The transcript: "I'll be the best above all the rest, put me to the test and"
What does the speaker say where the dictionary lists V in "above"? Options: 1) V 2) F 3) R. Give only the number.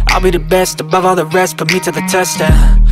1